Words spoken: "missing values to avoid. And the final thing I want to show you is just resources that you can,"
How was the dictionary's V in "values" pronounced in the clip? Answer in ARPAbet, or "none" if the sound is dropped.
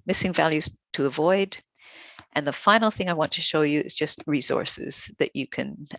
V